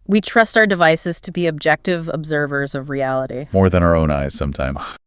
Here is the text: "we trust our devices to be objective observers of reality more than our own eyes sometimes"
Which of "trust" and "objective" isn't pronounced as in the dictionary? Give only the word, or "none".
none